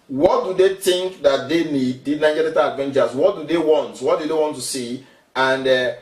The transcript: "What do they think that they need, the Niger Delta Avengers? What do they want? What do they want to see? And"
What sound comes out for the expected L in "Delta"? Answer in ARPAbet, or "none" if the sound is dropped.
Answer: none